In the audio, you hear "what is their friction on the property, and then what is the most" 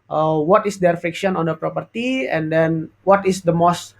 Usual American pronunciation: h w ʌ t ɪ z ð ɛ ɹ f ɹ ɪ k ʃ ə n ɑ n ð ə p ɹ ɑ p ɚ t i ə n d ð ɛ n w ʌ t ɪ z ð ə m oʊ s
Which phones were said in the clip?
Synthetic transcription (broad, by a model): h w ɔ t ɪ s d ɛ ɹ f ɪ k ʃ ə n ɑ n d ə p ɹ ɑ p ɚ t i ə n d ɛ n w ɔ t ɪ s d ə m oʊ s